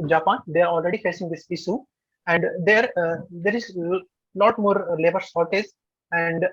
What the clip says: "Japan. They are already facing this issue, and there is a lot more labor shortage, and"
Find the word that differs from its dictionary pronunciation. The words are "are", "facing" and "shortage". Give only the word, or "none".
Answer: shortage